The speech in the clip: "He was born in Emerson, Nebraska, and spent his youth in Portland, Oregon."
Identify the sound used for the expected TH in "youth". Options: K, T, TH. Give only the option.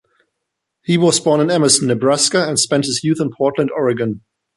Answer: TH